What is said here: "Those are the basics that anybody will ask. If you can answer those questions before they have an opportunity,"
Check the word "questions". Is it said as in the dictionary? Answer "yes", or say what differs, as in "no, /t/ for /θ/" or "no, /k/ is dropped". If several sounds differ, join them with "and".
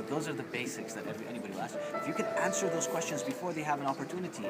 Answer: yes